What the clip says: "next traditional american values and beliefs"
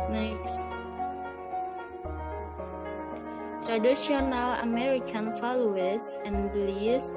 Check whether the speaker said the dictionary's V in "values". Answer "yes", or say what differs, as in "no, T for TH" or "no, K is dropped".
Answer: no, F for V